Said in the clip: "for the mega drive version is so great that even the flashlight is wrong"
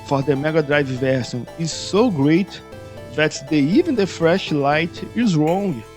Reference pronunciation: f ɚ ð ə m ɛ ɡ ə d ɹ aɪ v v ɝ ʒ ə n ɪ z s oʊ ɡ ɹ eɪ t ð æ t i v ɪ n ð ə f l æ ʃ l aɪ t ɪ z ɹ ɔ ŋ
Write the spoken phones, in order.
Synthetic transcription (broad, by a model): f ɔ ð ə m ɛ ɡ ə d ɹ aɪ v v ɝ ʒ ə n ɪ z s oʊ ɡ ɹ eɪ t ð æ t i v ɪ n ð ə f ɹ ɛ ʃ l aɪ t ɪ z ɹ ɔ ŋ